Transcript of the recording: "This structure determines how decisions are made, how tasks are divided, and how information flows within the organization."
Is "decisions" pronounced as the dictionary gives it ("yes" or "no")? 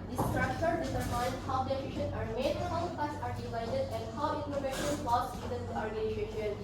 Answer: no